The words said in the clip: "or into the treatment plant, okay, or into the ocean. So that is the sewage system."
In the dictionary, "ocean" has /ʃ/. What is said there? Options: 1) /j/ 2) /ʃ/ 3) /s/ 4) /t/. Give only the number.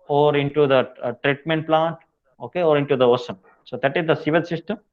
3